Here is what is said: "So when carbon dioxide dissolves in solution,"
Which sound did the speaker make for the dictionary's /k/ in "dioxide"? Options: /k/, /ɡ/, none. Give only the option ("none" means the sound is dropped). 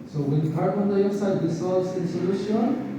none